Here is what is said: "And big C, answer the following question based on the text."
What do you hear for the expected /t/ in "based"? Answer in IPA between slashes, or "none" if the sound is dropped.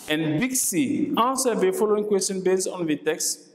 none